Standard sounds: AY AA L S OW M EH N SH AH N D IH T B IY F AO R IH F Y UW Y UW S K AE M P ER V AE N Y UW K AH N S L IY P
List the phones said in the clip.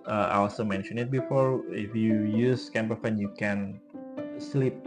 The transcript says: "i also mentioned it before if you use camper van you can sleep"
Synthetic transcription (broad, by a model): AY AA L S OW M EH N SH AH N IH T B IY F AO R IH F Y UW Y UW S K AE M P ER F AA N Y UW K AH N S L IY P